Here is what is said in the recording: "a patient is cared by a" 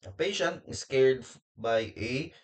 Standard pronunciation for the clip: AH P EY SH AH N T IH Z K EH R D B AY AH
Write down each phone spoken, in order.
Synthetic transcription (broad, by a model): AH P EY SH AH N T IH S K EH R D B AY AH